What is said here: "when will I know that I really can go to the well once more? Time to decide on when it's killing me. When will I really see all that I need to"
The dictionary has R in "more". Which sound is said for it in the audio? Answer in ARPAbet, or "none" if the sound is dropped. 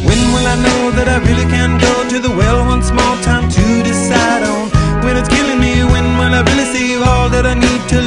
L